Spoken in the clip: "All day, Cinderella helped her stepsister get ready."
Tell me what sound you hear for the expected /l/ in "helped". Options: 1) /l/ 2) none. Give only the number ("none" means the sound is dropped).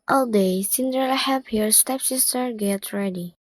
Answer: 2